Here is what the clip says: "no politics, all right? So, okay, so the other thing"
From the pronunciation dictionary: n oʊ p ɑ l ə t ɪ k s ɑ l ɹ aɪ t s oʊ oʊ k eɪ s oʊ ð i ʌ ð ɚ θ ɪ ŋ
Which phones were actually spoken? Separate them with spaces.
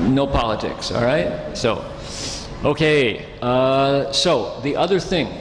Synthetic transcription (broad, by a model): n oʊ p ɑ l ə t ɪ k s ɑ l ɹ aɪ t s oʊ oʊ k eɪ s oʊ ð i ʌ ð ɚ θ ɪ ŋ